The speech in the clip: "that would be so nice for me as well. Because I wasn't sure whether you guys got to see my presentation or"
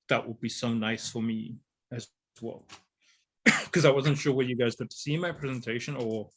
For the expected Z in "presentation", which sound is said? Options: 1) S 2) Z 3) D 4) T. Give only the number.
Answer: 2